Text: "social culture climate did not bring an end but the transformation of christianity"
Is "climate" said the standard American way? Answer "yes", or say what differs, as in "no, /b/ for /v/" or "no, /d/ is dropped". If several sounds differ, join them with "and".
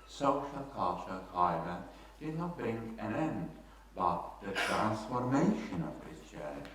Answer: no, /l/ is dropped